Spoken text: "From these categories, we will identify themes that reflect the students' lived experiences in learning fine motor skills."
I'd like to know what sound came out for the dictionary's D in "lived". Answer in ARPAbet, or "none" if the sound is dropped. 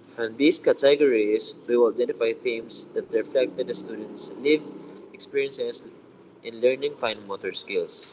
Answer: none